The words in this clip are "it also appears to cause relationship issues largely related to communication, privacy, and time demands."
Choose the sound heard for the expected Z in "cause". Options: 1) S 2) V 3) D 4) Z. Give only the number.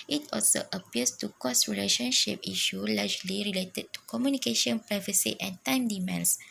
1